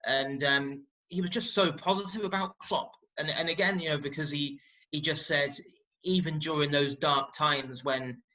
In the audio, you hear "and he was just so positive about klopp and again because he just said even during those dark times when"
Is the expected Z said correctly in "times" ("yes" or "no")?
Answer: yes